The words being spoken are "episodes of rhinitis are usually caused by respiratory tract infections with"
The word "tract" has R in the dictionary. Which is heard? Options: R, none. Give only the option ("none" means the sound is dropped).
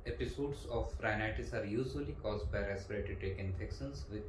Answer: none